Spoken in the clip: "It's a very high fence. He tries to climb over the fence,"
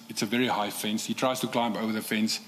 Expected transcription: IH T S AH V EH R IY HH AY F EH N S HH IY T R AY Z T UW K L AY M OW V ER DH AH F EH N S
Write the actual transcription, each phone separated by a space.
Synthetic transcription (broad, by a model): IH T S AH V EH R IY HH AY F EH N S HH IY T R AY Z T UW K L AY M OW V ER DH AH F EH N S